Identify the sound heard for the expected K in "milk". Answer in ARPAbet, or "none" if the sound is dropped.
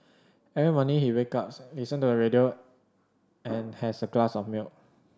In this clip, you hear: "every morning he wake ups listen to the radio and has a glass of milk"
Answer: none